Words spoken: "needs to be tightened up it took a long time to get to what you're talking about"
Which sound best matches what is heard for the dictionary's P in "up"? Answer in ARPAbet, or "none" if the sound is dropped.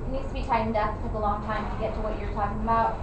F